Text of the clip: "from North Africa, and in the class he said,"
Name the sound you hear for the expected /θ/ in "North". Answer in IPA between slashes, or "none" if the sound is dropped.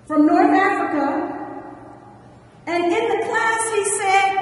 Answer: /θ/